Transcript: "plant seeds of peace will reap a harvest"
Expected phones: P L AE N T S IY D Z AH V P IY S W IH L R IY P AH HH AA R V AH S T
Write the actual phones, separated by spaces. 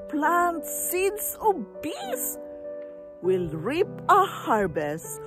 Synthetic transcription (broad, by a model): P L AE N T S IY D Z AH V B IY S W IH L R IY P AH HH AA R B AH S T